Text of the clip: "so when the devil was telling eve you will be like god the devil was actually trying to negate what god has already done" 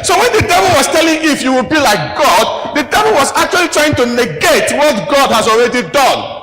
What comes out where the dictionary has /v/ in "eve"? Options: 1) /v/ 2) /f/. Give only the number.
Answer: 2